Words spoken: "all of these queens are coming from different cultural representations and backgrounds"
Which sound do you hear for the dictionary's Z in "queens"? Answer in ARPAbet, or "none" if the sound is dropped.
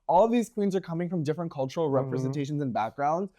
Z